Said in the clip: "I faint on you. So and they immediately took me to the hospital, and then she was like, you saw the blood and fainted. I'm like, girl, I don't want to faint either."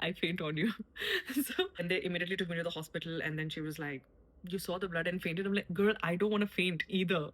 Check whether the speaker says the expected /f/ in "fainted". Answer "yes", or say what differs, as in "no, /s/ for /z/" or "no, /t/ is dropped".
yes